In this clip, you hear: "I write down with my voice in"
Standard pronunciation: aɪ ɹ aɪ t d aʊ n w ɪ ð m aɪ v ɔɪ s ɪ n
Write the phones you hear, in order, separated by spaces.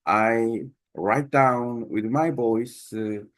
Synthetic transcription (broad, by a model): aɪ ɹ aɪ t d aʊ n w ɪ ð m aɪ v ɔɪ s